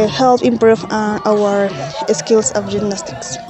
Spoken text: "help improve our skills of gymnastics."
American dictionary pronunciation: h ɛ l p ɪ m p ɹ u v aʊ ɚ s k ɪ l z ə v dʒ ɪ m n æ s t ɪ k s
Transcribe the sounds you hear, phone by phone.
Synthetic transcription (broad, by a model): h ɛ l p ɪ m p ɹ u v aʊ ɚ s k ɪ l s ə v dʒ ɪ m n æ s t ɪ k s